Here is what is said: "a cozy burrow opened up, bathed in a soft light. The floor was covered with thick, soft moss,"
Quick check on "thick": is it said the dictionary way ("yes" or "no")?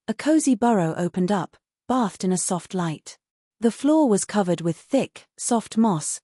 yes